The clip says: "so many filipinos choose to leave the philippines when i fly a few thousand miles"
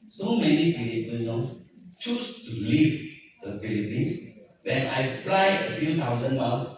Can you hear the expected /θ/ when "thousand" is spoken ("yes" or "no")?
no